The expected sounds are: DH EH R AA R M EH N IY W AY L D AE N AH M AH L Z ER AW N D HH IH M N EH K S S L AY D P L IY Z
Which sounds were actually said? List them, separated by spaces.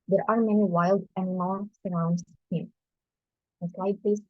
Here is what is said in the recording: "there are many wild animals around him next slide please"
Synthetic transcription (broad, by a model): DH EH R AA R M EH N IY W AY L D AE N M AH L S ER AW N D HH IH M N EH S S L AY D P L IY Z